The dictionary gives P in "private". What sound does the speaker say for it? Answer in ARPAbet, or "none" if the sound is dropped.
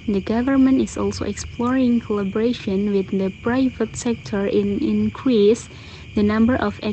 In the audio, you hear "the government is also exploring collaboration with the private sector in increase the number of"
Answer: P